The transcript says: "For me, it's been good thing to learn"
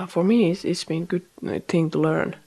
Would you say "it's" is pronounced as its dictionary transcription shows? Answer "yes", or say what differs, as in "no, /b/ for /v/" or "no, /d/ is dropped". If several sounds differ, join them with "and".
no, /s/ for /t/